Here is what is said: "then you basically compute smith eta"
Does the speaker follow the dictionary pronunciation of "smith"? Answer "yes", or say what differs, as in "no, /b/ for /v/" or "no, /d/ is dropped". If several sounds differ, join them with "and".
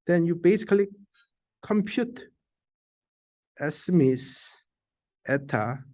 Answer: no, /s/ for /θ/